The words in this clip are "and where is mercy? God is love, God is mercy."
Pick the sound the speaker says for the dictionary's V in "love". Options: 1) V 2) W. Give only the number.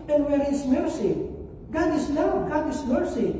2